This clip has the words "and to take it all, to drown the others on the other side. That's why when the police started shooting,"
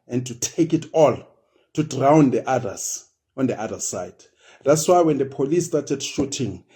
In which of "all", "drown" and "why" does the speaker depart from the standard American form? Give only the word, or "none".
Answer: none